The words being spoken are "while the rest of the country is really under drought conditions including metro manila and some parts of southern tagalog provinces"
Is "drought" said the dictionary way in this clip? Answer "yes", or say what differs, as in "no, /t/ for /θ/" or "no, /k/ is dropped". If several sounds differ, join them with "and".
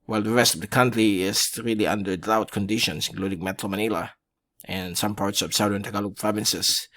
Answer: no, /ɹ/ is dropped